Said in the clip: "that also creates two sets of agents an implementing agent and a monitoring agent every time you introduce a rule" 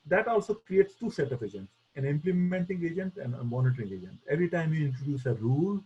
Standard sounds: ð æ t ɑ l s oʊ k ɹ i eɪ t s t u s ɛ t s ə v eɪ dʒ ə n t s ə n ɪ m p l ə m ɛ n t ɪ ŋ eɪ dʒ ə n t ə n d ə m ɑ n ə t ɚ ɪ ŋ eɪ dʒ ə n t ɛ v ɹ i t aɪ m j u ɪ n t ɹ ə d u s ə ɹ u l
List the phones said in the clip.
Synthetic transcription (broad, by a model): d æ t ɑ l s oʊ k ɹ i eɪ t s t u s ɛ t ə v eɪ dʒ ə n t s ə n ɪ m p l ə m ɛ n t ɪ ŋ eɪ dʒ ə n t ə n d ə m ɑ n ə t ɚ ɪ ŋ eɪ dʒ ə n t ɛ v ɹ i t aɪ m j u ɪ n t ɹ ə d u s ə ɹ u l